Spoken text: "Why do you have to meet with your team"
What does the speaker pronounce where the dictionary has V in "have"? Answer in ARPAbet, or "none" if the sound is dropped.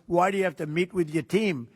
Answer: F